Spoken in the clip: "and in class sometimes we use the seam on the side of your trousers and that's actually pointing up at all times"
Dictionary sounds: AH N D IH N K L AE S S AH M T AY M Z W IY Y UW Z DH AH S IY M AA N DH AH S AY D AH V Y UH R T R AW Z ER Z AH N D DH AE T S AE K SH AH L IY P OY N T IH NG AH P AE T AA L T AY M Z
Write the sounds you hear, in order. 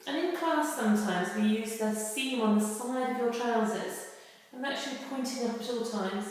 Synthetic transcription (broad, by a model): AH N IH N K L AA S S AH M T AY M Z W IY Y UW Z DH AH S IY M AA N DH AH S AY D AH V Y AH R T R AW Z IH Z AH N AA K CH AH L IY P OY N T IH NG AH P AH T AA L T AY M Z